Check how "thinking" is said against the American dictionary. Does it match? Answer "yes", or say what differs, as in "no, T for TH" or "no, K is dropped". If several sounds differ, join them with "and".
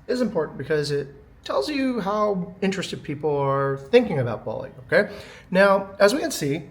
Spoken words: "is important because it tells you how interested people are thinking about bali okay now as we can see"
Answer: yes